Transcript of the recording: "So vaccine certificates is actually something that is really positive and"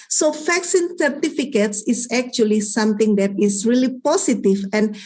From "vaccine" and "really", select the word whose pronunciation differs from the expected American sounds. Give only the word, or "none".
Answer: vaccine